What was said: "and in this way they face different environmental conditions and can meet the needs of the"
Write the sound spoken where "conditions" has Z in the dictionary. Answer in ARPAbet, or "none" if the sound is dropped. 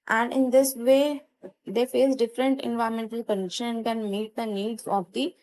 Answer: none